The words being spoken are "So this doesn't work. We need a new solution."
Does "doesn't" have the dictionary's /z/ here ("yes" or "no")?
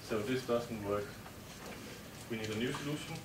no